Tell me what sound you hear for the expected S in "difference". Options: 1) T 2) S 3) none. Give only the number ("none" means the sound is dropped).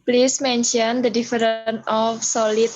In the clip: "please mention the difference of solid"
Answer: 3